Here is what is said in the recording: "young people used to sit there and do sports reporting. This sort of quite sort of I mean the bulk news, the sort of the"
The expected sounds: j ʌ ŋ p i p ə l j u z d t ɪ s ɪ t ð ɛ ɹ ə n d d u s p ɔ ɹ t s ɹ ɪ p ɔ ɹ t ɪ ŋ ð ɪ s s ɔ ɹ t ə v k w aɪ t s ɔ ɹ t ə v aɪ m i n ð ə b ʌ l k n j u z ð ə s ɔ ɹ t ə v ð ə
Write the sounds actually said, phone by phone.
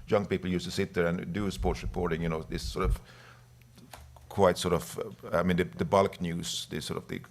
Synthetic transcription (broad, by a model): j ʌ ŋ p i p l j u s t ɪ s ɪ t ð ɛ ɹ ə n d d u s p ɔ ɹ t s ɹ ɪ p ɔ ɹ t ɪ ŋ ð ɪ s s ɔ ɹ t ə v k w aɪ t s ɔ ɹ t ə v aɪ m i n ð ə b ʌ l k n j u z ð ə s ɔ ɹ t ə v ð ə